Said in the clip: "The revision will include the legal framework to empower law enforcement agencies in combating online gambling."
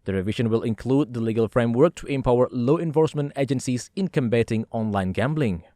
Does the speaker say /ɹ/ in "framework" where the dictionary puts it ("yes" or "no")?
yes